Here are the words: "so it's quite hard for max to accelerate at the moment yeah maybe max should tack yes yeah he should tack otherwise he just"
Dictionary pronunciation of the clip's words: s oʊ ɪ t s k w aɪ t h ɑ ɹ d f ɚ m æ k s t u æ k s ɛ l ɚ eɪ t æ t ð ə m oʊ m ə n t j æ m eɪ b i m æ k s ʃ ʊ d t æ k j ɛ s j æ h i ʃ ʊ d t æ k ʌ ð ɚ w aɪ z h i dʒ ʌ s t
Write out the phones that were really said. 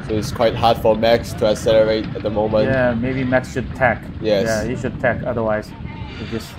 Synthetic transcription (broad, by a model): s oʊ ɪ t s k w aɪ t h ɑ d f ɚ m æ k s t u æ s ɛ l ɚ eɪ t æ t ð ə m oʊ m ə n j æ m eɪ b i m æ k s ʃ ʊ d t æ k j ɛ j æ h i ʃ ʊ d t æ k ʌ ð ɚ w aɪ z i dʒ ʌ s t